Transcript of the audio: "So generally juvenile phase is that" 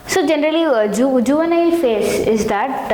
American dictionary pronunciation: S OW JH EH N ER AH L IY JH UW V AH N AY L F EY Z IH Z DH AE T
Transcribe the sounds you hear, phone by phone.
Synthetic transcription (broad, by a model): S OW JH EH N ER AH L IY JH UW V AH N AY L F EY S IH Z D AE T